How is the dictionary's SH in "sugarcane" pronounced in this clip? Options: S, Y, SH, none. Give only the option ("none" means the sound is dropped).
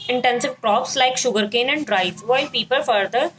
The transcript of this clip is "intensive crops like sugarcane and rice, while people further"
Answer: SH